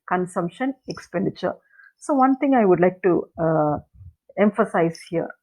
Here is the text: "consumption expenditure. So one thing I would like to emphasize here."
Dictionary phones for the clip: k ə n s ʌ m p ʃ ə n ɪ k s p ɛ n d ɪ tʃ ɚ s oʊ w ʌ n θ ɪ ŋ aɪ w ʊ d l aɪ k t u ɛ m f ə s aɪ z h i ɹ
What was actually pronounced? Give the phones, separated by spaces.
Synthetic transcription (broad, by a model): k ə n s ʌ m p ʃ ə n ɪ k s p ɛ n d ɪ tʃ ɚ s oʊ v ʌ n t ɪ ŋ aɪ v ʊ d l aɪ k t u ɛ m f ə s aɪ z h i ɹ